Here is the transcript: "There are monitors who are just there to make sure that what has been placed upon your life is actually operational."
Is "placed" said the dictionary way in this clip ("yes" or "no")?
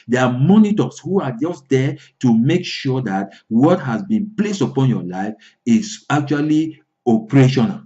yes